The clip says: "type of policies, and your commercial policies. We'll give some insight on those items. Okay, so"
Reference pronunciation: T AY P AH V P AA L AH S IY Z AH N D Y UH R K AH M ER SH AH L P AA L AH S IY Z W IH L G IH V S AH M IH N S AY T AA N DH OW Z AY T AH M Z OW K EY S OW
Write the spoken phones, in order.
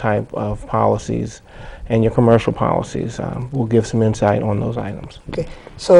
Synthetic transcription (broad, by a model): AY P AH V P AA L AH S IY Z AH N Y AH R K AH M ER SH L P AA L AH S IY Z W IH L G IH V S AH M IH N S AY T N DH OW Z AY T AH M Z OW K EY S OW